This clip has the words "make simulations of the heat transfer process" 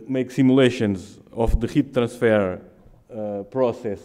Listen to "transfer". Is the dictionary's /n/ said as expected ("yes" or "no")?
no